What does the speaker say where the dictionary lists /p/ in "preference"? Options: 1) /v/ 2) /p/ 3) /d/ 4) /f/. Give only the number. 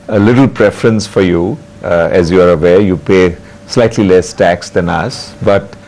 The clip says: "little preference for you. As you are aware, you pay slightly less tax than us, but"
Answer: 2